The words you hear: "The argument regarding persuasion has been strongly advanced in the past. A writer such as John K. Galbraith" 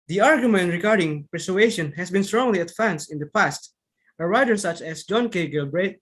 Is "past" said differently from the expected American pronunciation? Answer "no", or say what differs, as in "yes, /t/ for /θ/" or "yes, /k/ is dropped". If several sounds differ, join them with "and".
no